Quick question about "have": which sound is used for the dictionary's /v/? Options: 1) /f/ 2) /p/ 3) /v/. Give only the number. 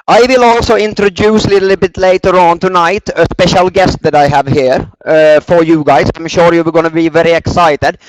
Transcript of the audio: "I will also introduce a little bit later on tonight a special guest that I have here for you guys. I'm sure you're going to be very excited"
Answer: 3